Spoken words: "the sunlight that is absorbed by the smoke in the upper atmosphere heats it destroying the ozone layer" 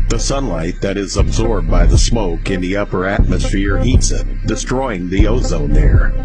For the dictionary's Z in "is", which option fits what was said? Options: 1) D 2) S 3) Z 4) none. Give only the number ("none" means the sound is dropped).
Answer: 3